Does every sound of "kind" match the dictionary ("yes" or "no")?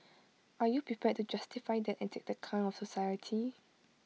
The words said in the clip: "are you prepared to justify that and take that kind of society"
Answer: no